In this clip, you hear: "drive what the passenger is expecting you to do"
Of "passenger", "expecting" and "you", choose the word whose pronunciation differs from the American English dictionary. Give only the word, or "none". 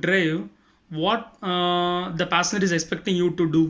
passenger